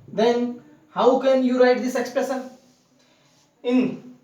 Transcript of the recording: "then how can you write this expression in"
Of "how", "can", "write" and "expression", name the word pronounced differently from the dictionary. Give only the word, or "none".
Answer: expression